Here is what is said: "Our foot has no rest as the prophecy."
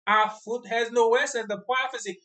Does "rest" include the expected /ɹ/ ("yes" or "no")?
no